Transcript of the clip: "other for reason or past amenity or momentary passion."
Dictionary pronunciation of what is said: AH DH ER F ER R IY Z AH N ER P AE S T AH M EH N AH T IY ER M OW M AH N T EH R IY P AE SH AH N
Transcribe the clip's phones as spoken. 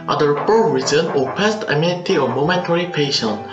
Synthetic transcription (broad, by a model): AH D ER P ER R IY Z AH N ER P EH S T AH M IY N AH T IY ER M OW M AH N T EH R IY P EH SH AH N